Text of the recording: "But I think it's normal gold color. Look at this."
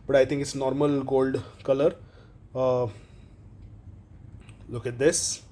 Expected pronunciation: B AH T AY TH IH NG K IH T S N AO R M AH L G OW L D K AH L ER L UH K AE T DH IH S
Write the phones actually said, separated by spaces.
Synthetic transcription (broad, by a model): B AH T AY T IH NG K IH T S N AO R M AH L G OW L D K AH L ER L UH K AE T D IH S